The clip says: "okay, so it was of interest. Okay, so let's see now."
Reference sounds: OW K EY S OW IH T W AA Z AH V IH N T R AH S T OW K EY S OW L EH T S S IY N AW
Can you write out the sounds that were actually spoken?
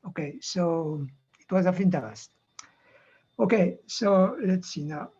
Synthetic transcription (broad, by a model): OW K EY S OW IH T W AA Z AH F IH N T AH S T OW K EY S OW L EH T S S IY N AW